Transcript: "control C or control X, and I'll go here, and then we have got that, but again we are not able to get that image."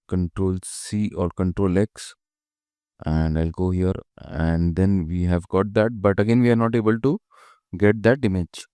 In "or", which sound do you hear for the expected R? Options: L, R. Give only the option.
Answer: L